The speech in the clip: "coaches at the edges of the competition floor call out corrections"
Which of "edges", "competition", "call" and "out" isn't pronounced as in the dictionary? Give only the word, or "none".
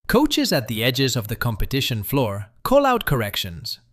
none